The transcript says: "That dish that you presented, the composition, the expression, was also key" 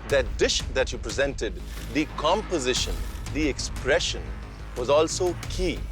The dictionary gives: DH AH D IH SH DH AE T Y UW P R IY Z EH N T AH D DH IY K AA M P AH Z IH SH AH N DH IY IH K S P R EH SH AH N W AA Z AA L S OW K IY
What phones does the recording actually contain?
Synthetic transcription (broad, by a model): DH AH D IH SH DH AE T Y UW P R IY Z EH N T AH D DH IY K AA M P AH Z IH SH AH N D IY IH K S P R EH SH AH N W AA Z AA L S OW K IY